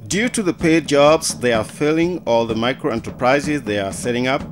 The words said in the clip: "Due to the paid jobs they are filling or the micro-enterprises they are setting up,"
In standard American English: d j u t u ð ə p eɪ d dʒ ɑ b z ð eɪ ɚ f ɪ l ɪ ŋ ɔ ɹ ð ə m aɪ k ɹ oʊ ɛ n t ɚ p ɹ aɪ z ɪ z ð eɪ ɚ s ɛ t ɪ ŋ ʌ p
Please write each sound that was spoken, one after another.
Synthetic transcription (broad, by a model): d j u t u ð ə p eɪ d dʒ ɑ b z ð eɪ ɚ f ɪ l ɪ ŋ ɔ l ð ə m aɪ k ɹ oʊ ɛ n t ɚ p ɹ aɪ z ɪ z ð eɪ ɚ s ɛ t ɪ ŋ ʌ p